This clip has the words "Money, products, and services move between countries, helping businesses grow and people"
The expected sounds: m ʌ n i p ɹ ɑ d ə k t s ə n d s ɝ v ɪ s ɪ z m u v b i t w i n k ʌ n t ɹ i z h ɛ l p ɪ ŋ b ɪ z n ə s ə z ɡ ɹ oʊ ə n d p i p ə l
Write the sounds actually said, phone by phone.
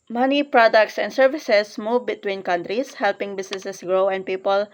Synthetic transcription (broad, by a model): m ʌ n i p ɹ ɑ d ə k t s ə n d s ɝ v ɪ s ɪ s m u v b i t w i n k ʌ n t ɹ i s h ɛ l p ɪ ŋ b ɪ s n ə s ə s ɡ ɹ oʊ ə n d p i p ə l